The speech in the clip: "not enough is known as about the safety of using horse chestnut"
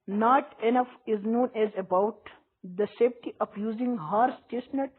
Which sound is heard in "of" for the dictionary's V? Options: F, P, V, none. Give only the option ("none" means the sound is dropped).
P